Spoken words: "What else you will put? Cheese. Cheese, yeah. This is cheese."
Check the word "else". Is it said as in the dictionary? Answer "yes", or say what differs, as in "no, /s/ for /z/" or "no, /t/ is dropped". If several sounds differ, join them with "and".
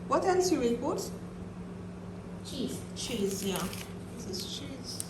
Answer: no, /n/ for /l/